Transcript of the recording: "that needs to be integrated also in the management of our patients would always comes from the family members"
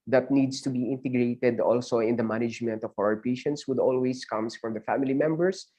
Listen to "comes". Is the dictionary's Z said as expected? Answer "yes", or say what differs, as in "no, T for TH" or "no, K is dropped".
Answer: no, S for Z